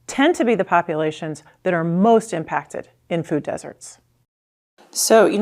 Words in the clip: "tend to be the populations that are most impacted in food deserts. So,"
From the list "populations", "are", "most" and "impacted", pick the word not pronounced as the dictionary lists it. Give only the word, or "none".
none